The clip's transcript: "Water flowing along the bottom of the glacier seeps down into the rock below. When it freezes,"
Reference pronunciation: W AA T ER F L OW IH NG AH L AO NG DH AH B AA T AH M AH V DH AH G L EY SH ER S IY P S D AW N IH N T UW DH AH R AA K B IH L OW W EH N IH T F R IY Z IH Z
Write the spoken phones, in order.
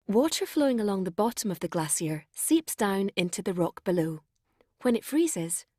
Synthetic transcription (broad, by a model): W AA T ER F L OW IH NG AH L AO NG DH AH B AA T AH M AH V DH AH G L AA S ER S IY P S D AW N IH N T UW DH AH R AA K B IH L OW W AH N IH T F R IY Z IH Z